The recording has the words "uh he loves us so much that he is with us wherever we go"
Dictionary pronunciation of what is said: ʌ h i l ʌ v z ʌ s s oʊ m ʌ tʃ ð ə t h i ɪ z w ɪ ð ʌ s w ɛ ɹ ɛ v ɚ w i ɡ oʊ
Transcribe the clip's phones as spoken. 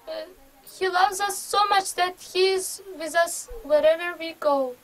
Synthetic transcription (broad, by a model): h i l ʌ v z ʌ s s oʊ m ʌ tʃ ð ə t h i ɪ z w ɪ ð ʌ s w ɛ ɹ ɛ v ɚ w i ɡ oʊ